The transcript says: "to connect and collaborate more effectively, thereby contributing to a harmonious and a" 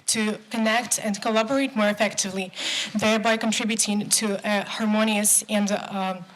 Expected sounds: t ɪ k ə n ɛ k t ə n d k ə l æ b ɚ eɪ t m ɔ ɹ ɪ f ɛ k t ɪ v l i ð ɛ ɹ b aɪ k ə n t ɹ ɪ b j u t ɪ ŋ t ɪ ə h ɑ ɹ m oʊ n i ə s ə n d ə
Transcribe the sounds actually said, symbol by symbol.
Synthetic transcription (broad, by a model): t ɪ k ə n ɛ k t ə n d k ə l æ b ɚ eɪ t m ɔ ɹ ɪ f ɛ k t ɪ v l i ð ɛ ɹ b aɪ k ə n t ɹ ɪ b j u t ɪ ŋ t ɪ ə h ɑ ɹ m oʊ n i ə s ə n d